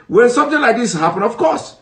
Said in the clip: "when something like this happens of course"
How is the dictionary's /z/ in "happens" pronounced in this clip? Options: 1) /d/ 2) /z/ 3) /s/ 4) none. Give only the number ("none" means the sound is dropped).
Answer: 4